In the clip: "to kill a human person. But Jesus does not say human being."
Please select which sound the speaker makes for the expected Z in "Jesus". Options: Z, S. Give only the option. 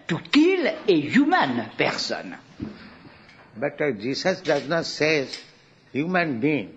S